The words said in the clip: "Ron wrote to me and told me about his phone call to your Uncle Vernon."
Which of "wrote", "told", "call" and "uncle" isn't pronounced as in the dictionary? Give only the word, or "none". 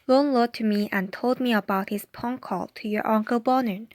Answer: wrote